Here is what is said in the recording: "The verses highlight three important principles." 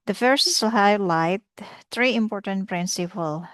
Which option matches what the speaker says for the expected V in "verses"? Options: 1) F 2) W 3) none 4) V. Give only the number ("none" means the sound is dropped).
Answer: 1